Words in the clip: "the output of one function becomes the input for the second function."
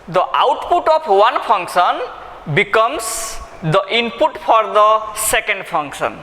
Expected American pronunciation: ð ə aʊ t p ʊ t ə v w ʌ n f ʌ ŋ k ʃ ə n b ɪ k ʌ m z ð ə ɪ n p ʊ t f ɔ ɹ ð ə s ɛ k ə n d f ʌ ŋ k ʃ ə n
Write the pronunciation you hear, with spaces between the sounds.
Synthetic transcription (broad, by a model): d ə aʊ t p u t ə p w ʌ n p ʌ ŋ k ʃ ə n b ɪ k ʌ m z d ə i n p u t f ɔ ɹ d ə s ɛ k ə n d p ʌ ŋ k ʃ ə n